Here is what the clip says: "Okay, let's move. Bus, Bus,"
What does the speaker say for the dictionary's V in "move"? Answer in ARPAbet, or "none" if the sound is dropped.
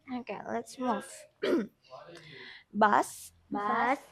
F